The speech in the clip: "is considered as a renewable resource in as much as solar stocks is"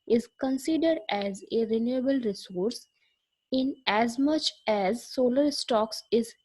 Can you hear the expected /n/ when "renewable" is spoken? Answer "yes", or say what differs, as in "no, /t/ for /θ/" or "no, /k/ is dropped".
yes